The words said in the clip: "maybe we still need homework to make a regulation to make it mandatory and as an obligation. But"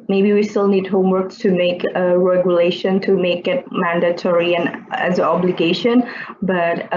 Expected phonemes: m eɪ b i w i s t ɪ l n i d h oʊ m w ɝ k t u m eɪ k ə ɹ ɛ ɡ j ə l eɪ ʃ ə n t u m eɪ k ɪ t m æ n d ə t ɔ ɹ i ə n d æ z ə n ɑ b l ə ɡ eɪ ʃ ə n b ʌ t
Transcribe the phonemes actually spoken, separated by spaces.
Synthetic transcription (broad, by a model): m eɪ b i w i s t ɪ l n i d h oʊ m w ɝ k t u m eɪ k ə ɹ ɛ ɡ j ə l eɪ ʃ ə n t u m eɪ k ɪ t m æ n d ə t ɔ ɹ i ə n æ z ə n ɑ b l ə ɡ eɪ ʃ ə n b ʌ t